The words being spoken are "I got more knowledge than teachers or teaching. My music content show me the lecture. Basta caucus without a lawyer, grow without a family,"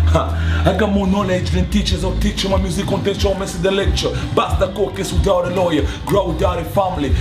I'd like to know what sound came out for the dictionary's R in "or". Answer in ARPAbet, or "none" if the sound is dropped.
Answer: W